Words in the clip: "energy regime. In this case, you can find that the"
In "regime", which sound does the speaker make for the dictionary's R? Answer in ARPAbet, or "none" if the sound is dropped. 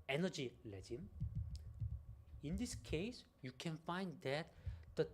L